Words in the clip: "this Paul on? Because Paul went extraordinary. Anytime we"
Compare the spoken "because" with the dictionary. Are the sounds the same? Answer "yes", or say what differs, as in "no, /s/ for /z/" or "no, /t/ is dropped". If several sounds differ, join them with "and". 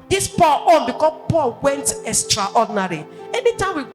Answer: no, /z/ is dropped